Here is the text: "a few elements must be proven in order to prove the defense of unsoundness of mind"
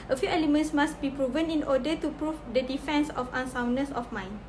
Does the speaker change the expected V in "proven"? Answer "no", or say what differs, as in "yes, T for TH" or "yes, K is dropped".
no